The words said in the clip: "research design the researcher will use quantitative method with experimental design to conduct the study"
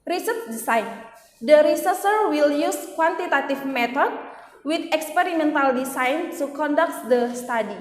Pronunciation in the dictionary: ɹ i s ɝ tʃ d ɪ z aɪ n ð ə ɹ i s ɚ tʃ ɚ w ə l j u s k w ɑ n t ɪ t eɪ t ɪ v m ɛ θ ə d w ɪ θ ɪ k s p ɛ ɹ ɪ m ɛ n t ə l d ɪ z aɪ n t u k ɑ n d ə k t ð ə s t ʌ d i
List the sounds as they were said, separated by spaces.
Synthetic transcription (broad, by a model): ɹ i s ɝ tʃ d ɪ s aɪ n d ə ɹ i s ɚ s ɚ w ə l j u s k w ɑ n t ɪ t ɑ t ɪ f m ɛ t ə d w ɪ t ɪ k s p ɛ ɹ ɪ m ɛ n t ə l d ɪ s aɪ n t u k ɑ n d ə k t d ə s t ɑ d i